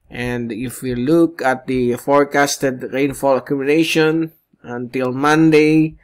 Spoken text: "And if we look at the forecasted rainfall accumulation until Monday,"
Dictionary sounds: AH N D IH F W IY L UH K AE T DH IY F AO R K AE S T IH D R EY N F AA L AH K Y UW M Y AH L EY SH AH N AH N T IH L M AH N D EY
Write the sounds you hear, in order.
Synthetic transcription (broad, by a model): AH N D IH F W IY L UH K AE T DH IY F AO R K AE S T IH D R EY N F AA L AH K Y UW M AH N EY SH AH N AH N T IH L M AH N D EY